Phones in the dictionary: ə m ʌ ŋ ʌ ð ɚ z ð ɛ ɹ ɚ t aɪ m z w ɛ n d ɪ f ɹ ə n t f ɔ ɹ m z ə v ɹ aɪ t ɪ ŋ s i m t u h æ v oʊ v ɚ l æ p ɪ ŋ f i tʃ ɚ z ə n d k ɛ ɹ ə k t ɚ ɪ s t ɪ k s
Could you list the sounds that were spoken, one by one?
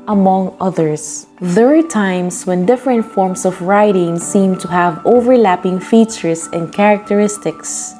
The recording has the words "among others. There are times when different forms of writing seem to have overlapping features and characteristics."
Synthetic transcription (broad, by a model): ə m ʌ ŋ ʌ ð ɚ s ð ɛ ɹ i t aɪ m s w ɛ n d ɪ f ɹ ə n t f ɔ ɹ m s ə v ɹ aɪ t ɪ ŋ s i m t u h æ v oʊ v ɚ l æ p ɪ ŋ f i tʃ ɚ s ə n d k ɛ ɹ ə k t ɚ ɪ s t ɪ k s